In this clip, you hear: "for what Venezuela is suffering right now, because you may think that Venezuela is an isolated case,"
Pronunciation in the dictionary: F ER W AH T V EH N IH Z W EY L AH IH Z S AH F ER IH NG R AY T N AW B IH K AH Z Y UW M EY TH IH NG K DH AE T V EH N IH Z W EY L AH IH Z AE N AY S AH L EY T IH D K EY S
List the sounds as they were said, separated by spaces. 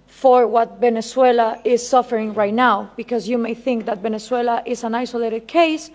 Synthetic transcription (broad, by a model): F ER W AH T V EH N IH S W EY L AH IH Z S AH F ER IH NG R AY T N AW B IH K AH Z Y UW M EY TH IH NG K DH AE T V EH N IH S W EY L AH IH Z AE N AY S AH L EY T IH D K EY S